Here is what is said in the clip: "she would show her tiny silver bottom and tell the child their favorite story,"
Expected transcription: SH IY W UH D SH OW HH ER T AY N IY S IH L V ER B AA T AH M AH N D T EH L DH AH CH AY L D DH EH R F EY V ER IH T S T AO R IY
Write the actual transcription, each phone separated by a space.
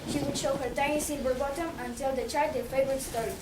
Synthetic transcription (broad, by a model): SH IY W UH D SH OW HH ER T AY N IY S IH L B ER B AA T AH M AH N T EH L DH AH CH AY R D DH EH F EY V ER IH T S T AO R IY